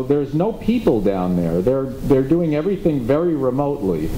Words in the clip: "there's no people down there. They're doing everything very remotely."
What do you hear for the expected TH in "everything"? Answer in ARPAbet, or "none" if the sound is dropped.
TH